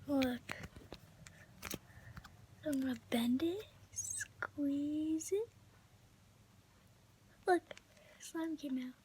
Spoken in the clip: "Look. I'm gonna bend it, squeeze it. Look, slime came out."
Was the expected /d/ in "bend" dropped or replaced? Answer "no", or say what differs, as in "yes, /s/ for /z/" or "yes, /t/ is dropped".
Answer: no